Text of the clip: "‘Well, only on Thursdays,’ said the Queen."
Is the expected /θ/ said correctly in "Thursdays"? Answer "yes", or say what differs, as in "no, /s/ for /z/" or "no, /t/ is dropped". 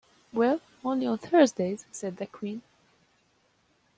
yes